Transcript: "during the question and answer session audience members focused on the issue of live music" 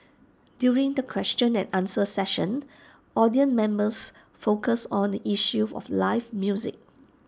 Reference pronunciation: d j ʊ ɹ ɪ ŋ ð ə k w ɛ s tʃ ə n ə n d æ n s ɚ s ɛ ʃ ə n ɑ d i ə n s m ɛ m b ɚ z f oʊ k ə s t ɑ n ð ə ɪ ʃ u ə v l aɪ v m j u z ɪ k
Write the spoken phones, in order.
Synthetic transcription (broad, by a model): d j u ɹ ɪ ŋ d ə k w ɛ s tʃ ə n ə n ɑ n s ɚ s ɛ ʃ ə n ɑ d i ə n m ɛ m b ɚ s f oʊ k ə s ɑ n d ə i ʃ u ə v l aɪ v m j u z ɪ k